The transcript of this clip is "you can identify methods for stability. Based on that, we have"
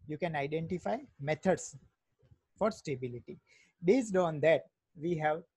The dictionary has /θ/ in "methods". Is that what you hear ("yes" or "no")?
no